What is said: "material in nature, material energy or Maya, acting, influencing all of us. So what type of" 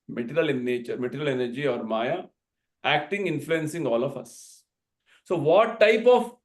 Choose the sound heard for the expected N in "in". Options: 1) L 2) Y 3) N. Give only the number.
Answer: 1